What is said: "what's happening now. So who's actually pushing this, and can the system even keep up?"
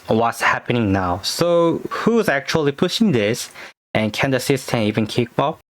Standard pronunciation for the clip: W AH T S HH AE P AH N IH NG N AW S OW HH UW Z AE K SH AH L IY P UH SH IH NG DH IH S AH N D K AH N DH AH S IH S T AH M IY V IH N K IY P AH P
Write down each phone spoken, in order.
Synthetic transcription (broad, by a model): W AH T S HH AE P AH N IH NG N AW S OW HH UW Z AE K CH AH L IY P UH SH IH NG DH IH S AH N K AH N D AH S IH S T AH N IY V IH N K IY B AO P